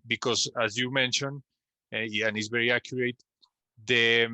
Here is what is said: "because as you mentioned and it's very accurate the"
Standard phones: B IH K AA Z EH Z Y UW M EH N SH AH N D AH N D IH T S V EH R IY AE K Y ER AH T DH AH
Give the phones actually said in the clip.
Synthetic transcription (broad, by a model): B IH K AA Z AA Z Y UW M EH N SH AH N AH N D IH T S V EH R IY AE K Y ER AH T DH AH